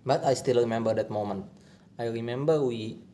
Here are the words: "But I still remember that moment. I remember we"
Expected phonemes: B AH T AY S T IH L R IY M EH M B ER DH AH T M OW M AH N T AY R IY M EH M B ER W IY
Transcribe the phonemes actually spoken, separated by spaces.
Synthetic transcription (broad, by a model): B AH T AY S T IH L R IY M EH M B ER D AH T M OW M AH N T AY R IY M EH M B ER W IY